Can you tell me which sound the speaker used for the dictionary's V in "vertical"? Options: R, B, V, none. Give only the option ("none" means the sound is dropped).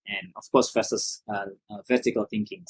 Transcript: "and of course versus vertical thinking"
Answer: V